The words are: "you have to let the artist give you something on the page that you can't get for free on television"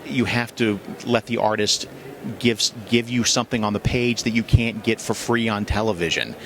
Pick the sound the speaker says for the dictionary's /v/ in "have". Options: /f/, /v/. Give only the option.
/f/